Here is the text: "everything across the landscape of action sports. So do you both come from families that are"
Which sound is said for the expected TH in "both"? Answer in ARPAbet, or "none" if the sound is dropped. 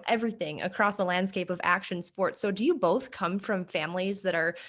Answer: TH